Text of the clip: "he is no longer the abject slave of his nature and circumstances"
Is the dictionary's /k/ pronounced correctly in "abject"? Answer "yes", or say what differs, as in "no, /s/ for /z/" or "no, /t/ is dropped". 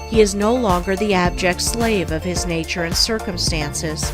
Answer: yes